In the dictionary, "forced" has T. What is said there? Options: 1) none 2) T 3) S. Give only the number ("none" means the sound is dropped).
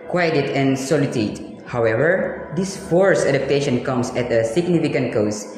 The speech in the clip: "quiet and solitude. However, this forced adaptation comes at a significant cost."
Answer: 1